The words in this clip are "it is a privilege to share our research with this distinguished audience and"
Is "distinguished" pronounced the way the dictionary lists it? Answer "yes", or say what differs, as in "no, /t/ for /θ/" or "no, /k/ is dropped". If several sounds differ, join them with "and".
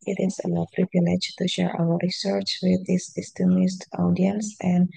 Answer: no, /s/ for /ʃ/